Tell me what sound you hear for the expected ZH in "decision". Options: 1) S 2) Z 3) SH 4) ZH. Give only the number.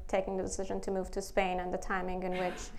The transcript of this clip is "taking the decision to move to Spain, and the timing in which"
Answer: 4